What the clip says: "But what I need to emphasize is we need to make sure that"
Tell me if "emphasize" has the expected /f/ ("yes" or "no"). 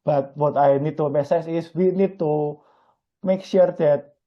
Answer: no